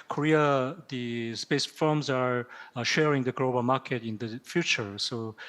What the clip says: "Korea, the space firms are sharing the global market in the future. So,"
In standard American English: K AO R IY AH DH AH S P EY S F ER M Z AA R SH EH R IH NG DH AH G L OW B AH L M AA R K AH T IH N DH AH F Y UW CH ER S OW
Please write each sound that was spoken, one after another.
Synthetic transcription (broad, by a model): K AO R IY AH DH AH S P EY S F ER M Z AA R SH EH R IH NG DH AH G L OW B AH L M AA R K AH T IH N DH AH F Y UW CH ER S OW